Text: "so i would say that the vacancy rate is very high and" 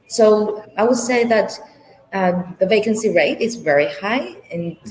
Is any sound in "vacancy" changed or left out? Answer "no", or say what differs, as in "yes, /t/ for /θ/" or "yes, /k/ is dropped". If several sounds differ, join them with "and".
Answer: no